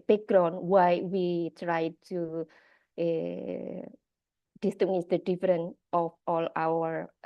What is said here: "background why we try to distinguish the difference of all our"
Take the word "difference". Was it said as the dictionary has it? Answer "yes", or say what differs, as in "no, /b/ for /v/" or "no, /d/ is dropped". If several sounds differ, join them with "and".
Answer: no, /s/ is dropped